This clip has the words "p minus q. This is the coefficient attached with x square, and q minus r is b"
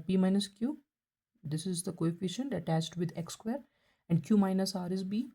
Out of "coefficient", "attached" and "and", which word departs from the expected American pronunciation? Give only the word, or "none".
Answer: none